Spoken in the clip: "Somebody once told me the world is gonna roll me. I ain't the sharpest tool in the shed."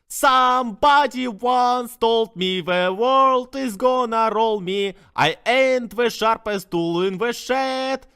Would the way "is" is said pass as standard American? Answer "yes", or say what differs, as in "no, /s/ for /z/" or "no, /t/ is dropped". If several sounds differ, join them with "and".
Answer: yes